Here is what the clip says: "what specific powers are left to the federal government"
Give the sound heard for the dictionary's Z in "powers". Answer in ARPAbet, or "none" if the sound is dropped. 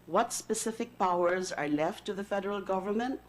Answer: Z